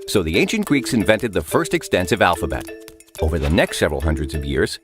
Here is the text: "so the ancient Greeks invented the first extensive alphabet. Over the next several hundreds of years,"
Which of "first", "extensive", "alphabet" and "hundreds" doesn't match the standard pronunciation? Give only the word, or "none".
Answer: none